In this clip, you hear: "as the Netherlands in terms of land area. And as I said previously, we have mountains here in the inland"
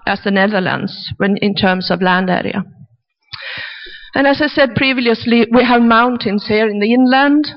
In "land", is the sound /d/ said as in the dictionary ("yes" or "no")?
yes